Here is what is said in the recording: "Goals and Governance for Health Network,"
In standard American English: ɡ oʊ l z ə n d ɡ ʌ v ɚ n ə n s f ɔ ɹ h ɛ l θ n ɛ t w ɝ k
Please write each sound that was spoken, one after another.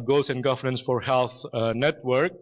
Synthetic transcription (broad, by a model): ɡ oʊ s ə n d ɡ ʌ v ɚ n ə n s f ɔ ɹ h ɛ l θ n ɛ t w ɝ k